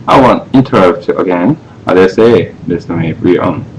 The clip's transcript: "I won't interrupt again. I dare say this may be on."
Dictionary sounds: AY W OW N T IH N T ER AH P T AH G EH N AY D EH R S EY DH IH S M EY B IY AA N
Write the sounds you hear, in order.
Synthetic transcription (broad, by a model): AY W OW N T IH N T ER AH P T AH G EH N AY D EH S EY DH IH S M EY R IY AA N